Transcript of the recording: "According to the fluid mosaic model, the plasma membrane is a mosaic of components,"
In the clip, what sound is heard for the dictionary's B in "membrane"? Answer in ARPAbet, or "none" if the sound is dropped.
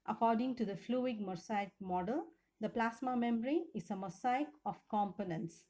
none